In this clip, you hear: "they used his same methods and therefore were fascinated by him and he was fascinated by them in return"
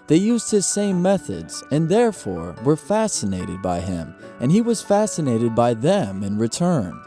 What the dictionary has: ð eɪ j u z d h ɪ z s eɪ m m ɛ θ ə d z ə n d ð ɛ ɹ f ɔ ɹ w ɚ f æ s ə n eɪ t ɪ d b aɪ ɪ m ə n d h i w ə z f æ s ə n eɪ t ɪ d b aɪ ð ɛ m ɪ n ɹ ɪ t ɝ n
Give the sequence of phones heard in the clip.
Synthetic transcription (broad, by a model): ð eɪ j u z d h ɪ z s eɪ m m ɛ θ ə d z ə n ð ɛ ɹ f ɔ ɹ w ɚ f æ s ə n eɪ t ɪ d b aɪ ɪ m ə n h i w ə z f æ s ə n eɪ t ɪ d b aɪ ð ɛ m ɪ n ɹ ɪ t ɝ n